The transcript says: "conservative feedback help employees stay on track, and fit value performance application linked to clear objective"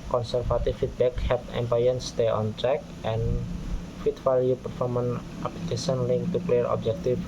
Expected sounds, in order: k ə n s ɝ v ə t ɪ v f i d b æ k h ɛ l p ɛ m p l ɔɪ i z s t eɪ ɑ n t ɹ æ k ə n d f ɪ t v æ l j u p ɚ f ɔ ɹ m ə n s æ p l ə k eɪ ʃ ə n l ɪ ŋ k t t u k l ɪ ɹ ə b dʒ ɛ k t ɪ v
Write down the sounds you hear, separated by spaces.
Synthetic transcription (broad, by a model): k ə n s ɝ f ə t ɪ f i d b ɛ k h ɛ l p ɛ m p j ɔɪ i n s t eɪ ɑ n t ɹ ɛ k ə n f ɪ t f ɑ l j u p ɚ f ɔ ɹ m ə n ɑ p l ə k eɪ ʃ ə n l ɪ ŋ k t t u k l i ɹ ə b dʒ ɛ k t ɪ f